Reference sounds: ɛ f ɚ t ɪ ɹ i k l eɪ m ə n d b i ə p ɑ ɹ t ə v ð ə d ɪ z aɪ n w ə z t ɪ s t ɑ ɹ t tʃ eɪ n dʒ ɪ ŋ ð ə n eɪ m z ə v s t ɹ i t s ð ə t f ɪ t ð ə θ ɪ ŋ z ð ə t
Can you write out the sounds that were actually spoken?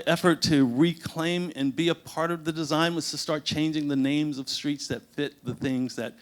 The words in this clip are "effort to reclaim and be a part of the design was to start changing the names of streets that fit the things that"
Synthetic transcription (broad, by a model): ɛ f ɚ t ɪ ɹ i k l eɪ m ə n b i ə p ɑ ɹ t ə v ð ə d ɪ z aɪ n w ə z t ɪ s t ɑ ɹ t tʃ eɪ n dʒ ɪ ŋ ð ə n eɪ m z ə v s t ɹ i t s ð ə t f ɪ t ð ə θ ɪ ŋ z ð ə t